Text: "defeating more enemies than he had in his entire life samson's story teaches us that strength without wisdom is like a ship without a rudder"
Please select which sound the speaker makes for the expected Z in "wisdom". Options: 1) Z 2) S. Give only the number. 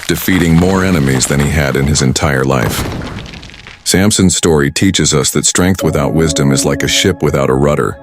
1